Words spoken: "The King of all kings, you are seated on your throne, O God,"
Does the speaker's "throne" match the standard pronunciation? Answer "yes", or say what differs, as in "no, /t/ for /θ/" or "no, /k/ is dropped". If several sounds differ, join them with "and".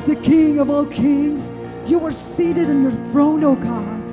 yes